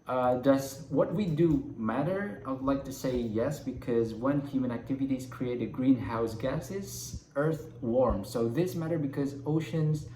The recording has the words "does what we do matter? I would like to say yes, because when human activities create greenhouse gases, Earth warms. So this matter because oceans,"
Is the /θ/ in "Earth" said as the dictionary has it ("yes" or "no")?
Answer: yes